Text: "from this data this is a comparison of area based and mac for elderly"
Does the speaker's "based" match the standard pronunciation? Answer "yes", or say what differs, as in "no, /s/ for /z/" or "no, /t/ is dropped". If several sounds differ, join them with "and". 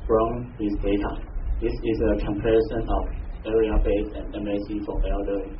no, /t/ is dropped